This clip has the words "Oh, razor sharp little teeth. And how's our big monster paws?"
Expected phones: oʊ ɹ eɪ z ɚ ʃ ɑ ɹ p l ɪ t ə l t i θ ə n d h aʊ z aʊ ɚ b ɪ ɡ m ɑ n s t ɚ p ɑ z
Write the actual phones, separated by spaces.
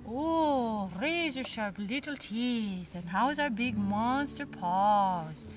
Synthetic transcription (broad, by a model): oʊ ɹ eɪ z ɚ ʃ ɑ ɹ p l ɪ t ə l t i θ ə n h aʊ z aʊ ɚ b ɪ ɡ m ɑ s t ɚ p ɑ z